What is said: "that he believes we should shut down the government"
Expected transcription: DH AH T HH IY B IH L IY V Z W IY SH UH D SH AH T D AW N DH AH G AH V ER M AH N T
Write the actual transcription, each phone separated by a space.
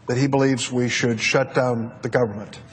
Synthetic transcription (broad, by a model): DH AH T HH IY B IH L IY V Z W IY SH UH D SH AH T D AW N DH AH G AH V ER M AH N T